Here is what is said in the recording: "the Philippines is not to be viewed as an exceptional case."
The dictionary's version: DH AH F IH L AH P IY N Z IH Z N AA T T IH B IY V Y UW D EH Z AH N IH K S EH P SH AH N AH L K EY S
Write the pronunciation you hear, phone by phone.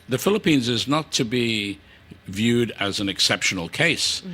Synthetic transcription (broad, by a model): DH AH F IH L AH P IY N Z IH Z N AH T T IH B IY V Y UW D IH Z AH N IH K S EH P SH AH N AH L K EY S